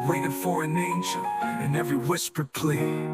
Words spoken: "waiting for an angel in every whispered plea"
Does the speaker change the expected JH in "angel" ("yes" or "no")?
yes